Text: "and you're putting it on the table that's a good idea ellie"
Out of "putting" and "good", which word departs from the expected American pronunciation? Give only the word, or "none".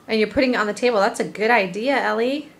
none